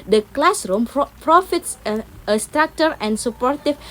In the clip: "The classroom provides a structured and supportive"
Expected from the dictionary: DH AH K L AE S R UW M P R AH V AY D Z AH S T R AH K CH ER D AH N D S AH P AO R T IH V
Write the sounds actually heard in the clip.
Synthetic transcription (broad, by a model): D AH K L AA S R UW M P R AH F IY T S AH S T R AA K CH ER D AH N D S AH P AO R T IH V